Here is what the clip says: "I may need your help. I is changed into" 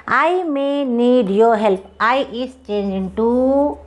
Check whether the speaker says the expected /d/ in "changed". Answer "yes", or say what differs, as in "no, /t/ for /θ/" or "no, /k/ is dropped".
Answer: no, /d/ is dropped